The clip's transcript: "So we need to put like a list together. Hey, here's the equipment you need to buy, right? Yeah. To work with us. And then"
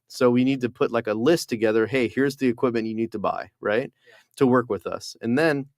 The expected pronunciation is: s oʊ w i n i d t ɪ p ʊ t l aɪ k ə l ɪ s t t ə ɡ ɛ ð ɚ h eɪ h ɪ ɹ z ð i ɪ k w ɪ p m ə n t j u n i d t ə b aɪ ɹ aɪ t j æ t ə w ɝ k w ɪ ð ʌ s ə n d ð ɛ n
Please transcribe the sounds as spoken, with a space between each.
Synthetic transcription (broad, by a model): s oʊ w i n i d t ɪ p ʊ t l aɪ k ə l ɪ s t t ə ɡ ɛ ð ɚ h eɪ h ɪ ɹ z ð i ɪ k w ɪ p m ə n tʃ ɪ n i d t ə b aɪ ɹ aɪ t t ə w ɝ k w ɪ ð ʌ s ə n ð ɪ n